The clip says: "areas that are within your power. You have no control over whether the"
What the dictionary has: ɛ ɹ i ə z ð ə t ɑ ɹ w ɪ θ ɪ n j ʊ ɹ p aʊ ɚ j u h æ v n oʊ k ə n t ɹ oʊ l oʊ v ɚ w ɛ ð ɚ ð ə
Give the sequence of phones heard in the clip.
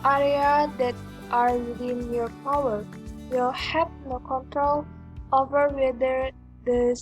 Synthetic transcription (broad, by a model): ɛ ɹ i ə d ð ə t ɑ ɹ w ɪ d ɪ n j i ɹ p aʊ ɚ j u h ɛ p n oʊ k ə n t ɹ oʊ l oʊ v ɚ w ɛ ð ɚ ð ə